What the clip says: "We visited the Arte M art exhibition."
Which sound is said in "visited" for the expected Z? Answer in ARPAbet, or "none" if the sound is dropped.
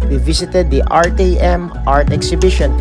S